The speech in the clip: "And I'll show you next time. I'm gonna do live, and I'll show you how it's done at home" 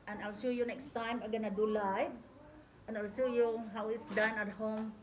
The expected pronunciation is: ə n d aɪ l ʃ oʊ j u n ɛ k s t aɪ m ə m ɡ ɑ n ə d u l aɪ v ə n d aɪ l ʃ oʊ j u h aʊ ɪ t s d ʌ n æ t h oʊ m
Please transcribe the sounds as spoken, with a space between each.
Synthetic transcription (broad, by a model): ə n aɪ l ʃ oʊ j u n ɛ k s t aɪ m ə ɡ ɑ n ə d u l aɪ ə n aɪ l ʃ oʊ j u h aʊ ɪ t s d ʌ n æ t h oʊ m